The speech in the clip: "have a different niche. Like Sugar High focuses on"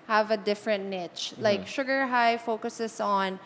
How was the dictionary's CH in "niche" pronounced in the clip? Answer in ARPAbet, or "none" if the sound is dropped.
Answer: CH